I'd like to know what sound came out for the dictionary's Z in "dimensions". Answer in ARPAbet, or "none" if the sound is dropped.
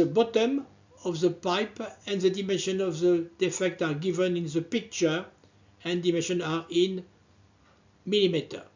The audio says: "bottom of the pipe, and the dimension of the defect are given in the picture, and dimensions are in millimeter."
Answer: none